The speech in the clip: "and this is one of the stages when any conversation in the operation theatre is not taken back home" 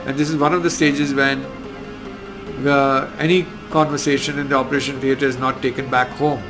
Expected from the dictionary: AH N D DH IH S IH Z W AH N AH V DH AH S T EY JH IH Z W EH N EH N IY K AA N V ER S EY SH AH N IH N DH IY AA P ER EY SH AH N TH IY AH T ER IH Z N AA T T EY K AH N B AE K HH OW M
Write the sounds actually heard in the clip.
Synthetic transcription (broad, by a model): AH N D IH S IH Z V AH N AH V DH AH S T EY JH IH Z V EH N EH N IY K AA N V ER S EY SH AH N IH N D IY AA P ER EY SH AH N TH IY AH T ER IH Z N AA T T EY K AH N B AE K HH OW M